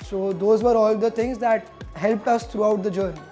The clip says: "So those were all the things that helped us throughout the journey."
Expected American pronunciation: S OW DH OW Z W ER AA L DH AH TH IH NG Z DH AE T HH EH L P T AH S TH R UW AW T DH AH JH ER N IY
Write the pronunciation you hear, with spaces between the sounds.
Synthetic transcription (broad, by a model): S OW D OW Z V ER AA L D AH T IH NG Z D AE T HH EH L P T AH S T R UW AW T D AH JH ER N IY